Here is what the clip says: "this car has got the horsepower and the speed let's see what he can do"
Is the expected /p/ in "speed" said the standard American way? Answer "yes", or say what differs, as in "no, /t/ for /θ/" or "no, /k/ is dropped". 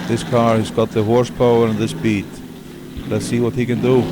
no, /b/ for /p/